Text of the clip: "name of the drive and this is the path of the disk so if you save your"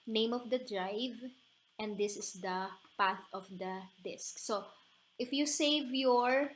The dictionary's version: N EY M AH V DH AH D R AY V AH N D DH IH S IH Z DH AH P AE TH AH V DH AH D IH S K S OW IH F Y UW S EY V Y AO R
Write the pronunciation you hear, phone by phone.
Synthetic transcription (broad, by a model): N EY M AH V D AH D R AY V AH N D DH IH S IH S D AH P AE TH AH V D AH D IH S K S OW IH F Y UW S EY V Y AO R